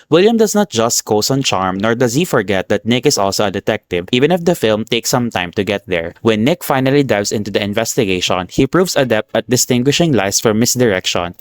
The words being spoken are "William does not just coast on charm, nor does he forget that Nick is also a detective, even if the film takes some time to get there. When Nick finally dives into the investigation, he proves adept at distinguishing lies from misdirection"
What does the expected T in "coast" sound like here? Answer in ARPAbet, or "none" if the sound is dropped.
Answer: none